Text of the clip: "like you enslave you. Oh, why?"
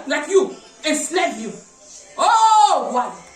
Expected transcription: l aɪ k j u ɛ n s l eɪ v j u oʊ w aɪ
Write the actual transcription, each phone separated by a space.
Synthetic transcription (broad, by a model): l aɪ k j u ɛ s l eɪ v j u oʊ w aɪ